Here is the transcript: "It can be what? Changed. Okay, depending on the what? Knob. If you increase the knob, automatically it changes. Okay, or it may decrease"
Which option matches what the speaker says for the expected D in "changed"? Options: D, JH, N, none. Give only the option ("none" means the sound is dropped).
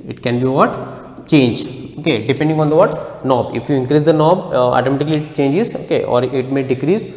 none